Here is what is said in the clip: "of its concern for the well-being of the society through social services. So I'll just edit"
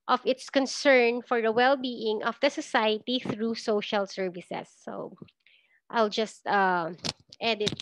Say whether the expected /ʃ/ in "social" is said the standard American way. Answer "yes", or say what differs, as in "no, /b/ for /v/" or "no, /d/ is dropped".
yes